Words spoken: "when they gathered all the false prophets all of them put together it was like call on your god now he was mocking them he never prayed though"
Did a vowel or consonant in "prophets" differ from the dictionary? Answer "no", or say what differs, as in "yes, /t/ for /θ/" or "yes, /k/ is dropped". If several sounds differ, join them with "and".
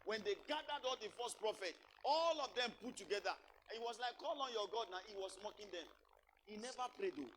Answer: yes, /s/ is dropped